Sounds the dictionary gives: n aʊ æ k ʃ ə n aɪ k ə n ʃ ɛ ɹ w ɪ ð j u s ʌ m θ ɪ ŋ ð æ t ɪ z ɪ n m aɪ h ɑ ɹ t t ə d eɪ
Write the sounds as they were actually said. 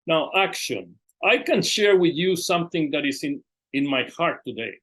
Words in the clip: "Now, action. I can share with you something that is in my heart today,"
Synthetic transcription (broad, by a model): n aʊ æ k ʃ ə n aɪ k ə n ʃ ɛ ɹ w ɪ ð j u s ʌ m θ ɪ ŋ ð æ t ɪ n ɪ n m aɪ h ɑ ɹ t t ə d eɪ